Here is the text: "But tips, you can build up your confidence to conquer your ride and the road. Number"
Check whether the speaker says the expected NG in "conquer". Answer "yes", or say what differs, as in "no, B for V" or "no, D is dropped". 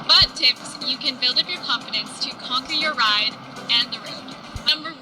yes